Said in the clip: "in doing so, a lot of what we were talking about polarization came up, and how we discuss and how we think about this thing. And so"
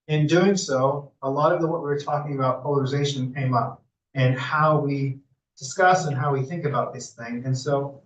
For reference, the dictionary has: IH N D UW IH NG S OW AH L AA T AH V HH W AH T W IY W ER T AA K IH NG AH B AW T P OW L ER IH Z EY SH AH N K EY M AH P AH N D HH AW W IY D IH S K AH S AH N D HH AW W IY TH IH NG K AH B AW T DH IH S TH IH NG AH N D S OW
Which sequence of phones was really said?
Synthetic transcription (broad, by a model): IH N D UW IH NG S OW AH L AA T AH V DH W AH T W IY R T AA K IH NG AH B AW T P OW L ER IH Z EY SH AH N K EY M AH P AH N HH AW W IY D IH S K AH S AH N HH AW W IY TH IH NG K AH B AW T DH IH S TH IH NG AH N S OW